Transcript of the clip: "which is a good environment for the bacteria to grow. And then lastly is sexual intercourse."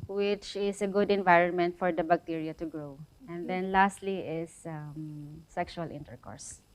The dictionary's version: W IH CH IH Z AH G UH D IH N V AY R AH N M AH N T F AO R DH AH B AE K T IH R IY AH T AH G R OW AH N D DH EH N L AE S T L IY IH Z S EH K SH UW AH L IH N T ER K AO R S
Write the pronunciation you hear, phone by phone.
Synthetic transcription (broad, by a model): W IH CH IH S AH G UH D IH N V AY R AH N M AH N T F AO R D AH B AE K T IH R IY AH T AH G R OW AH N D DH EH N L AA S T L IY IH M S EH K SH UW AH L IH N T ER K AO R S